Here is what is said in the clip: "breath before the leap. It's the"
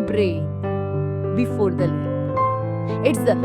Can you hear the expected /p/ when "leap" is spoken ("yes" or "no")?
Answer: no